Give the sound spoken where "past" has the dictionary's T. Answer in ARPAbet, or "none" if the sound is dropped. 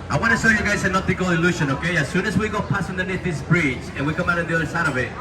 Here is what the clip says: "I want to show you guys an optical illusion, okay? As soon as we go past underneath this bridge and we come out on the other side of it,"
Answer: none